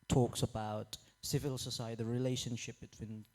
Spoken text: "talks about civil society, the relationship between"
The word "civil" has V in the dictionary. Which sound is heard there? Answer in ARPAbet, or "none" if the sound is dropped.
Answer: V